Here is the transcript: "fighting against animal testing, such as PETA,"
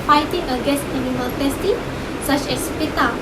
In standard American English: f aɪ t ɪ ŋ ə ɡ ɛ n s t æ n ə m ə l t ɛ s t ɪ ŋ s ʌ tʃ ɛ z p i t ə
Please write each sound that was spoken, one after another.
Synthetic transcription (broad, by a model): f aɪ t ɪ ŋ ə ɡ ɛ s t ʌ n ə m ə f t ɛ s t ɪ s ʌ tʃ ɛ s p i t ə